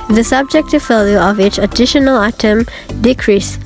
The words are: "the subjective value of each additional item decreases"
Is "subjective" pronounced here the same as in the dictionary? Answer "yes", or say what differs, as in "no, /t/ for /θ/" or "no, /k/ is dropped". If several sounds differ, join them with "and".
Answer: yes